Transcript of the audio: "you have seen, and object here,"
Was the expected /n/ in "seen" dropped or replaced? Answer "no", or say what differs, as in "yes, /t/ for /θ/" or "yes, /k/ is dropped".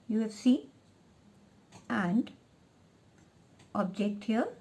yes, /n/ is dropped